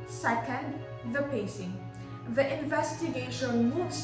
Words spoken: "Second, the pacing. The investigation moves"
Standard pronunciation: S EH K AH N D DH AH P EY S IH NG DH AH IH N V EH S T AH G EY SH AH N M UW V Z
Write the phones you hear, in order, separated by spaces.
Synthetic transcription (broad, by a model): S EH K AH N D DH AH P EY S IH NG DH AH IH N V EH S T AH G EY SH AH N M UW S